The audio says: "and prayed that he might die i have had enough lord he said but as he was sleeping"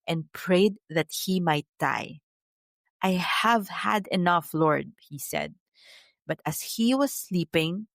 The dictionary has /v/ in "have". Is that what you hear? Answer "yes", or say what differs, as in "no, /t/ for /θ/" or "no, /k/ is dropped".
yes